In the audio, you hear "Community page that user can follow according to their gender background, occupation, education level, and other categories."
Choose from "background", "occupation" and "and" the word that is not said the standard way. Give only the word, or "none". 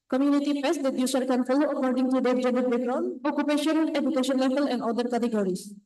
background